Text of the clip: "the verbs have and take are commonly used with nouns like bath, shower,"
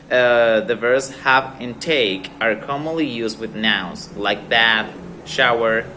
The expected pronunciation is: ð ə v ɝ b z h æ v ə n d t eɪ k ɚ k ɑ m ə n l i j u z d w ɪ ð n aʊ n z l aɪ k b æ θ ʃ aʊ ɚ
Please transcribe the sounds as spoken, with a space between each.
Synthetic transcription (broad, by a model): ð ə v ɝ z h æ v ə n t eɪ k ɚ k ɑ m ə n l i j u z d w ɪ ð n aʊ z l aɪ k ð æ t ʃ aʊ ɚ